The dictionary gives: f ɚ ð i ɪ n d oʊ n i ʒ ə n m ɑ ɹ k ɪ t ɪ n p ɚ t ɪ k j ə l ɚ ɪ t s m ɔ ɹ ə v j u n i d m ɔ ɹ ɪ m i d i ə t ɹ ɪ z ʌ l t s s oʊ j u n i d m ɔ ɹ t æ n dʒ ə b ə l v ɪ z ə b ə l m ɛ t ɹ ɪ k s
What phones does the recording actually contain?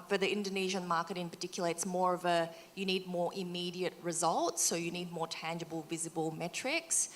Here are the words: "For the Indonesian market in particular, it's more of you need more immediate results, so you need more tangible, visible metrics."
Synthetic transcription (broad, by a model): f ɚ ð i ɪ n d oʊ n i ʒ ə n m ɑ ɹ k ɪ t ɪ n p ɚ t ɪ k j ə l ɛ ɪ t s m ɔ ɹ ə v j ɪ n i d m ɔ ɹ ɪ m i d i ə t ɹ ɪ z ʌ l t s s oʊ j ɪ n i d m ɔ ɹ t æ n dʒ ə b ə l v ɪ z ə b ə l m ɛ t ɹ ɪ k s